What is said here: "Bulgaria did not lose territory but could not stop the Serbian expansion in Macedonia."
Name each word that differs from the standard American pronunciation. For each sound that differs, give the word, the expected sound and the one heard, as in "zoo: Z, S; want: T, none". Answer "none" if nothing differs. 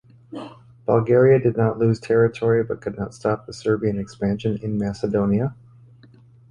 none